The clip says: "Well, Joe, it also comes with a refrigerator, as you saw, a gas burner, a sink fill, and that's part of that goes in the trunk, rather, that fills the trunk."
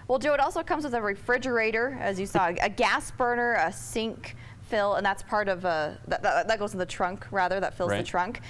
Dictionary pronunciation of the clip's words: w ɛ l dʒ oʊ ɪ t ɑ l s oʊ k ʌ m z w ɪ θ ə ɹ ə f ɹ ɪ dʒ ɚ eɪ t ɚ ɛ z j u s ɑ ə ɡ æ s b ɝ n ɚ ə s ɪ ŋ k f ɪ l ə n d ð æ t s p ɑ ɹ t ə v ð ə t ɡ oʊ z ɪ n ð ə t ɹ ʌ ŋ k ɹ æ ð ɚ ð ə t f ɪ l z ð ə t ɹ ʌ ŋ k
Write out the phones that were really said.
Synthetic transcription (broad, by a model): w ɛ l dʒ oʊ ɪ t ɑ l s oʊ k ʌ m z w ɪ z ə ɹ ə f ɹ ɪ dʒ ɚ eɪ t ɚ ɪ z j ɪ s ɑ ə ɡ æ s b ɝ n ɚ ə s ɪ ŋ k f ɪ l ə n ð æ t s p ɑ ɹ t ə v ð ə t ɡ oʊ ɪ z ð ə t ɹ ʌ ŋ k ɹ æ ð ɚ ð ə t f ɪ l z ð ə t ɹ ʌ ŋ k